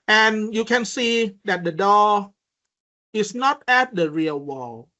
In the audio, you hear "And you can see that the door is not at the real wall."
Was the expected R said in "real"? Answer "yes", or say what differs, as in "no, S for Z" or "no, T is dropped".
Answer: yes